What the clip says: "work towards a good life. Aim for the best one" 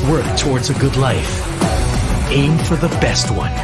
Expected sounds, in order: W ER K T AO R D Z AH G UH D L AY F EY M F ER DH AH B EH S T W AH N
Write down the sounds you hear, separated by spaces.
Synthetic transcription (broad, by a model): W ER K T AO R D Z AH G UH D L AY F EY M F ER DH AH B EH S T W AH N